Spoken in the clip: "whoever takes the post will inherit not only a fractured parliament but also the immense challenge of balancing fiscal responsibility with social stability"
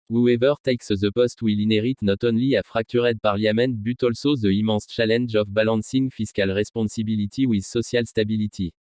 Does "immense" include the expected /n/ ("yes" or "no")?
no